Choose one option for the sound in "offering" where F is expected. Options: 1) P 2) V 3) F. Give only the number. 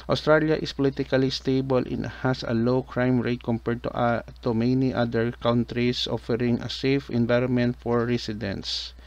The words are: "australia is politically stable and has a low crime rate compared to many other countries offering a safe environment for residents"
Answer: 3